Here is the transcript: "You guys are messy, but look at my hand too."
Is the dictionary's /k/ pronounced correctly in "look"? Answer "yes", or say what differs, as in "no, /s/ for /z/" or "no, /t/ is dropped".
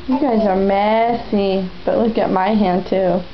yes